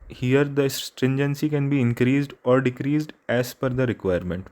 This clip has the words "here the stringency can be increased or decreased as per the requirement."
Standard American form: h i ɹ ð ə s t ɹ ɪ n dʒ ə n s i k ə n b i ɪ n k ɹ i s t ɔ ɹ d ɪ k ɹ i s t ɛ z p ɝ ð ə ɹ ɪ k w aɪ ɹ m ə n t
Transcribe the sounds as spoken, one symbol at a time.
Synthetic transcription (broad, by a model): h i ɹ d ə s t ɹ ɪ n dʒ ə n s i k ə n b i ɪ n k ɹ i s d ɔ ɹ d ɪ k ɹ i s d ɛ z f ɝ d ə ɹ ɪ k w aɪ ɹ m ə n t